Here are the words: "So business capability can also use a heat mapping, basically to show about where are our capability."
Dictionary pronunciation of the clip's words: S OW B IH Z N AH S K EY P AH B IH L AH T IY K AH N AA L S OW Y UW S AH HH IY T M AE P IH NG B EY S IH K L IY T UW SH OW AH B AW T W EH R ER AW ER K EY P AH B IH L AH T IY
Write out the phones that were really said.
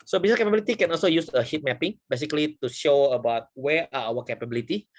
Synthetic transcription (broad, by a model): S OW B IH S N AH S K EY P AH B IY L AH T IY K AH N AA L S OW Y UW S AH HH IY T M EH P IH NG B EY S IH K L IY T UW SH OW AH B AW T W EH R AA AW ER K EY P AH B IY L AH T IY